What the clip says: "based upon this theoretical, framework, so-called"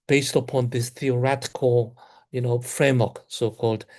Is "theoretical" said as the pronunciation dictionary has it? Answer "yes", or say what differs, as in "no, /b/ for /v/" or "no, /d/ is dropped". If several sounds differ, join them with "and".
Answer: no, /n/ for /l/